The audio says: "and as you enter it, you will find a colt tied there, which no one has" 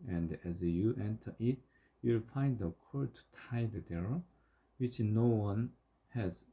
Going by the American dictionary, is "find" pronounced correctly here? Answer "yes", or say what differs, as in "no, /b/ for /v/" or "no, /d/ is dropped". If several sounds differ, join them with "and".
yes